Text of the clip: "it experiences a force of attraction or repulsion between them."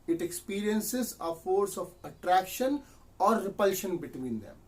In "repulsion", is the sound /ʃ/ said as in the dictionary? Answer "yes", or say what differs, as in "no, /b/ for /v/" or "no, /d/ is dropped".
yes